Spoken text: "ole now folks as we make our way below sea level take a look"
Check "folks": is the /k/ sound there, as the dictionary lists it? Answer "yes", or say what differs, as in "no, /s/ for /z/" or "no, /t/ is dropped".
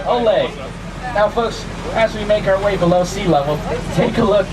yes